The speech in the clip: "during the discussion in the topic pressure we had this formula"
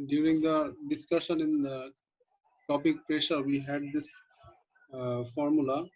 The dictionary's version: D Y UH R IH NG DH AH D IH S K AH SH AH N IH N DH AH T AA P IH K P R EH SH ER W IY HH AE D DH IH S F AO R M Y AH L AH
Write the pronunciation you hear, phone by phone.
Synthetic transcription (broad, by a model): D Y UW R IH NG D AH D IH S K AH SH AH N IH N T AA P IH K P R EH SH ER W IY HH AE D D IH S F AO R M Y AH L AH